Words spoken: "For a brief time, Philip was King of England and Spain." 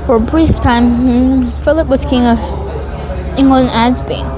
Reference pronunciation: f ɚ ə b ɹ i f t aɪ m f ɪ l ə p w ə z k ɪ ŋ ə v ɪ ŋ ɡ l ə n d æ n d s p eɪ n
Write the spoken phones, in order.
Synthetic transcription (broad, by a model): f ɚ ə b ɹ i f t aɪ m f ɪ l ə p w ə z k ɪ ŋ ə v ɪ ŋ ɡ ə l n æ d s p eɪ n